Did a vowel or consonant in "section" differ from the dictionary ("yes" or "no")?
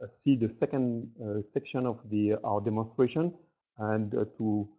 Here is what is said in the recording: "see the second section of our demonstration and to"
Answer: no